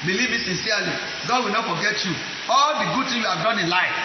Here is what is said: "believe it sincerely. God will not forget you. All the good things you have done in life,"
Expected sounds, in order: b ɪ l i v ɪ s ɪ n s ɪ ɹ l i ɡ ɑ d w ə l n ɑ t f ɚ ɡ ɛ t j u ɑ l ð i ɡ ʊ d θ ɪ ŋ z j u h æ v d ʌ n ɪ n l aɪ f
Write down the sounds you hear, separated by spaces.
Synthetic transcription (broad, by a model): b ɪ l i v ɪ s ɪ n s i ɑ l i ɡ ɑ d w ə l n ɑ t f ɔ ɡ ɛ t j u ɑ l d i ɡ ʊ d t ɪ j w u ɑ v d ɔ n ɪ n l aɪ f